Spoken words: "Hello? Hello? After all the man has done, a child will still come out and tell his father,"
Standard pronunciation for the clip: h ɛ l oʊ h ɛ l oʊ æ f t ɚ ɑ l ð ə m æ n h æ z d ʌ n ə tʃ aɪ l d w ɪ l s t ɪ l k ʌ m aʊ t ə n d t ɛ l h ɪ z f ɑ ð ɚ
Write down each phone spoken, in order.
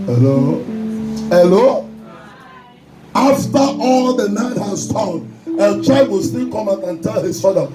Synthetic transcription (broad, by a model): h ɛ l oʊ h ɛ l oʊ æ f t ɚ ɑ l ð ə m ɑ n h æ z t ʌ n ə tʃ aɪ d w ɪ l s t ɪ l k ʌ m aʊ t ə n t ɛ l h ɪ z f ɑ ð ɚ